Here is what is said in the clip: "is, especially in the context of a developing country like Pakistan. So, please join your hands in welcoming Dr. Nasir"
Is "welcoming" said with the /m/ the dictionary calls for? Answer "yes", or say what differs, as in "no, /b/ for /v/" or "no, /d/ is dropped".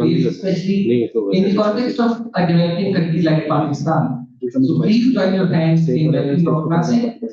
no, /m/ is dropped